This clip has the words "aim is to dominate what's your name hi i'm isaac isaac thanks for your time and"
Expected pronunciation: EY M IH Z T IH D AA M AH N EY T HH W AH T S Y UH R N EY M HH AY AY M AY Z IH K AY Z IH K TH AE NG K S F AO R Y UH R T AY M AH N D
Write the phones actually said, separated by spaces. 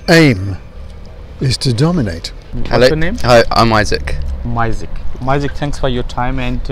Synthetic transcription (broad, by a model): EY M IH Z T IH D AA M AH N EY T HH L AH N EY M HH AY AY M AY Z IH K AY Z IH K TH AE NG K S F AO R Y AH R T AY M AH N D